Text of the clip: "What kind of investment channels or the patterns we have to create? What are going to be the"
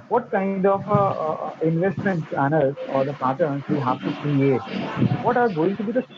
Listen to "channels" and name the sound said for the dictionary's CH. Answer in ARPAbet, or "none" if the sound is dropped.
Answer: S